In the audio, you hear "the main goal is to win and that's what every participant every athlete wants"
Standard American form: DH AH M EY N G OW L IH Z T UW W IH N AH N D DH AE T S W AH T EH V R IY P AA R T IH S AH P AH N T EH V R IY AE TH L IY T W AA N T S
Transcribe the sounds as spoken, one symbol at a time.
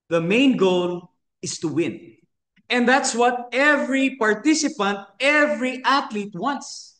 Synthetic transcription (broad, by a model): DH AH M EY N G OW L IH S T UW W IH N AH N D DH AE T S W AH T EH V R IY P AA R T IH S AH P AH N T EH V R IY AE T L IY T W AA N T S